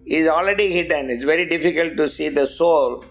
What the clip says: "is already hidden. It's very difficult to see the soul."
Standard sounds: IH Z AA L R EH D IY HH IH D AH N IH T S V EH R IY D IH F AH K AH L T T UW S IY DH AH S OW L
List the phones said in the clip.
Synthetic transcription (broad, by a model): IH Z AA L R EH D IY HH IH D AH N IH T S V EH R IY D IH F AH K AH L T T UW S IY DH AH S OW L